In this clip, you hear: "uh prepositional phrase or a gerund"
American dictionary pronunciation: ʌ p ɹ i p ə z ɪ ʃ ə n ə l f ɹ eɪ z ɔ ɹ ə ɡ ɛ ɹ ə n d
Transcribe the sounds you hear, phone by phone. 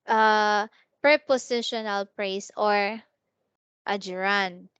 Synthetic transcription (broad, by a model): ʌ p ɹ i p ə s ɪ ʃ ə n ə l p ɹ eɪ s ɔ ɹ ə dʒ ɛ ɹ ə n